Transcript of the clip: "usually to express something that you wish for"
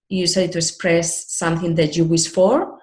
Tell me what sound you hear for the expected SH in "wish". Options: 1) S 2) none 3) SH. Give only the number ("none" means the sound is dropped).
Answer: 1